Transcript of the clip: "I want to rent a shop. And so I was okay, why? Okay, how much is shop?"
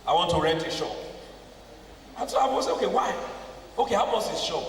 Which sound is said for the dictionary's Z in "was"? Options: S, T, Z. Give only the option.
S